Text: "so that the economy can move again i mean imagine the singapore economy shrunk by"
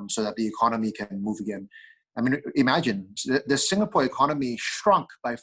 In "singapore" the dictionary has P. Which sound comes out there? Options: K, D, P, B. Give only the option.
P